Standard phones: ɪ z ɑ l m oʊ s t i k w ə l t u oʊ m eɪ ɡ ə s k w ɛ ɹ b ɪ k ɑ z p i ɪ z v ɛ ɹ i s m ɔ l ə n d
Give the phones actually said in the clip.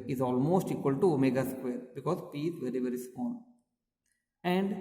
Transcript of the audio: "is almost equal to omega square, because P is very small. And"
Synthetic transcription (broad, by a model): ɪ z ɑ l m oʊ s t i k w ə l t u m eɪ ɡ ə s k w ɛ ɹ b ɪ k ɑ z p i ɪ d v ɛ ɹ i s ɔ n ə n d